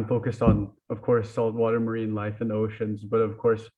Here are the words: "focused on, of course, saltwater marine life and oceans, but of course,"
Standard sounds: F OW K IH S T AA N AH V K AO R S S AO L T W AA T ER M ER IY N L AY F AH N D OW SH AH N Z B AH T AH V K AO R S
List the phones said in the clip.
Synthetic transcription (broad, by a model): F OW K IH S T N AH V K AO R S S AO L T W AA T ER M ER IY N L AY F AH N OW SH AH N Z B AH T AH V K AO R S